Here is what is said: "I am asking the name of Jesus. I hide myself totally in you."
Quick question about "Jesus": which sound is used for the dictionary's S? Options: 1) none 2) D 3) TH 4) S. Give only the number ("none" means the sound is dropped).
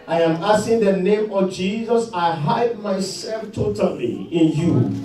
4